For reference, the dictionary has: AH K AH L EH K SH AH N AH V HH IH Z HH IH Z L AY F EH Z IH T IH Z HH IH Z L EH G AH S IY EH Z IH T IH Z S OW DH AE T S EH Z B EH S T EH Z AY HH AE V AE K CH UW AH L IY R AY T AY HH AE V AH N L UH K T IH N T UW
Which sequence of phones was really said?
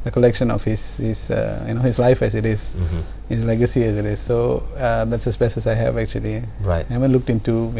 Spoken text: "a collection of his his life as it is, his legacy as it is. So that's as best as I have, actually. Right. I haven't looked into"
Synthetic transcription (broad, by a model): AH K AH L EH K SH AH N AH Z HH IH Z HH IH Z L AY F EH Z IH T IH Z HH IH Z L EH G AH S IY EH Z IH T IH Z S OW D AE T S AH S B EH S EH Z AY HH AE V AE K CH UW AH L IY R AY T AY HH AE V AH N L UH K T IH N T UW